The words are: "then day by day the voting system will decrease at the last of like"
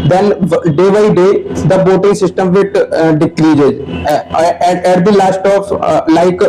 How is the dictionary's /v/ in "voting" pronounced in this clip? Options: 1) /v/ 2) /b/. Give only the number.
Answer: 2